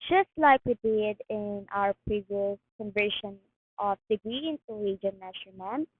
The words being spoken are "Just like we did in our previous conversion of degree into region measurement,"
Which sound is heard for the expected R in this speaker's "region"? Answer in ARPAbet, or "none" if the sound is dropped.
W